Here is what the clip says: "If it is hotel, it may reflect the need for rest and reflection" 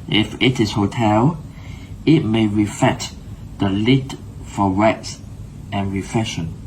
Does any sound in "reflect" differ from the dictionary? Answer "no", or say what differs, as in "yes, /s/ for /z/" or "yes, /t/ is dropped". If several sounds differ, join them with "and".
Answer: yes, /l/ is dropped